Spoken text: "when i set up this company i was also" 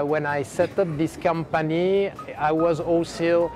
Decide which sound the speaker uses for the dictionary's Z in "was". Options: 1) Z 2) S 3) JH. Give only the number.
1